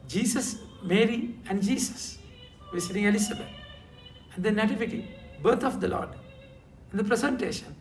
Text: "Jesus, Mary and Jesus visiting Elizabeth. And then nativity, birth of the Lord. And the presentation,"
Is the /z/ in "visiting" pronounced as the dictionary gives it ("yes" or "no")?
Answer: no